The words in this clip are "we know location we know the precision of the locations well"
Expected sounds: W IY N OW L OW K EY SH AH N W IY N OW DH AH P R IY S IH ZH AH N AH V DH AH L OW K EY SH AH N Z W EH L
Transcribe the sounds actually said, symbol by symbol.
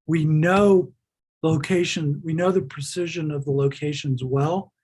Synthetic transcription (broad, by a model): W IY N OW L OW K EY SH AH N W IY N OW DH AH P R IY S IH ZH AH N AH V DH AH L OW K EY SH AH N Z W EH L